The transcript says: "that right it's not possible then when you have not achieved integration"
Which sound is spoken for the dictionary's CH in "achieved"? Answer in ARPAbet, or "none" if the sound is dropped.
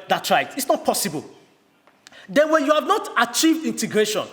CH